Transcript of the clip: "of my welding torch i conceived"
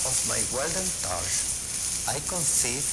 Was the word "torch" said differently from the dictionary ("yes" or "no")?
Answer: yes